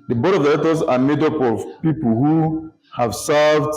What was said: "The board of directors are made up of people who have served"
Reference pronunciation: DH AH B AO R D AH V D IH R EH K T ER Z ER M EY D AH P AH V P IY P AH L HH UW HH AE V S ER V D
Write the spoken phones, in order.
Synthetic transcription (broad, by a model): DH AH B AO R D AH V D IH L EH T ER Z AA M EY D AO P AH V P IY P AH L HH UW HH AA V S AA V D